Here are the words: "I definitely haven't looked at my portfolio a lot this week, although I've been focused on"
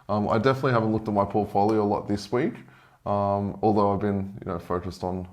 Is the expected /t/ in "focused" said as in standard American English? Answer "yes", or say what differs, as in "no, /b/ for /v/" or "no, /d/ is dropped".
yes